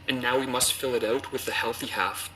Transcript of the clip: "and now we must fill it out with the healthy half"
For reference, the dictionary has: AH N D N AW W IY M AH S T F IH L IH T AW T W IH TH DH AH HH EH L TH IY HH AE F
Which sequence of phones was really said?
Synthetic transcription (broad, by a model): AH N N AW W IY M AH S T F IH L IH T AW T W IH DH AH HH EH L TH IY HH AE F